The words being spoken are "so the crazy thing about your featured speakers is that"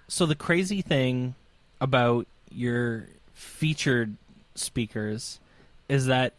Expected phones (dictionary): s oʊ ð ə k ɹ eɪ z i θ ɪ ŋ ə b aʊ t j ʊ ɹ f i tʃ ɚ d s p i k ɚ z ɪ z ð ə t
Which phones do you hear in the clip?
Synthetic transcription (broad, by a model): s oʊ ð ə k ɹ eɪ z i θ ɪ ŋ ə b aʊ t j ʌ ɹ f i tʃ ɚ d s p i k ɚ z ɪ z ð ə t